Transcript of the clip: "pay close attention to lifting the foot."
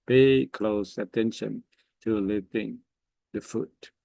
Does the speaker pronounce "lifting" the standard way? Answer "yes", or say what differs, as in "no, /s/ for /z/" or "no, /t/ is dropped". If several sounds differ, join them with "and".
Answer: no, /f/ is dropped